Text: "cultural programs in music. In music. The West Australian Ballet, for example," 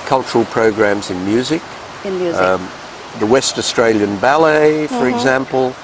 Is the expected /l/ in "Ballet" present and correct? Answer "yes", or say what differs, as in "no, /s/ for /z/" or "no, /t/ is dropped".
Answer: yes